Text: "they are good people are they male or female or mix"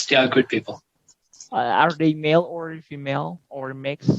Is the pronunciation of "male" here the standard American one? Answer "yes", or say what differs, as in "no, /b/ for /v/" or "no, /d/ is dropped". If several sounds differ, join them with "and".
yes